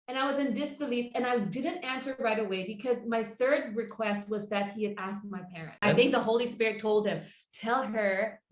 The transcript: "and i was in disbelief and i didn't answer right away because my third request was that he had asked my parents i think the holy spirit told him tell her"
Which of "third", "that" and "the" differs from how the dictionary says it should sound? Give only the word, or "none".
none